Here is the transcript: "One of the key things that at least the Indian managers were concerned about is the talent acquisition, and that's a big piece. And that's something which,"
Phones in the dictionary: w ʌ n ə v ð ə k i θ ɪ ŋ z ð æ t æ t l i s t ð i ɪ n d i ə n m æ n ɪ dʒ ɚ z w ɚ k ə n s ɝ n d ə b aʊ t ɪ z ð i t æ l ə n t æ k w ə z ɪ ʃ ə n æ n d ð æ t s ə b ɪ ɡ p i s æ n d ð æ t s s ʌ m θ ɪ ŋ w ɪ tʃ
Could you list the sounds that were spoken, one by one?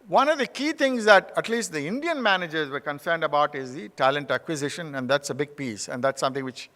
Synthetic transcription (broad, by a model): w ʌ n ə v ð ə k i t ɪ ŋ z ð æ t æ t l i s t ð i ɪ n d i ə n m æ n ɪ dʒ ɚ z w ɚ k ə n s ɝ n d ə b aʊ t ɪ z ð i t æ l ə n t æ k w ə z ɪ ʃ ə n æ n d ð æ t s ə b ɪ ɡ p i s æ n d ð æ t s s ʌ m t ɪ ŋ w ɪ tʃ